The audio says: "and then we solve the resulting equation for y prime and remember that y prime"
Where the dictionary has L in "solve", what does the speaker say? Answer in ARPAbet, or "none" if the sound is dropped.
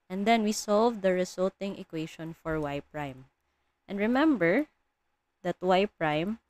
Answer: L